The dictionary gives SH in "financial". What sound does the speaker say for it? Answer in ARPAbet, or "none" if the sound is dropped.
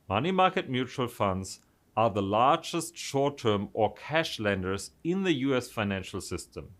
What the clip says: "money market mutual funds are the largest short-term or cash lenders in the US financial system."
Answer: SH